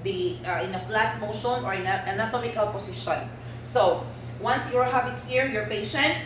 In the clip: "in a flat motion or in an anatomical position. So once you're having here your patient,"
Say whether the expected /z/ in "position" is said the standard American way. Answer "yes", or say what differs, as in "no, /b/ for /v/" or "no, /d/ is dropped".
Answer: no, /s/ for /z/